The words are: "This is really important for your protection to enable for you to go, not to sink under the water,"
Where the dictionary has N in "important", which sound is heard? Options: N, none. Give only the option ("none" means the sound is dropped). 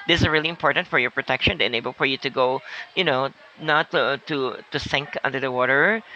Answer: N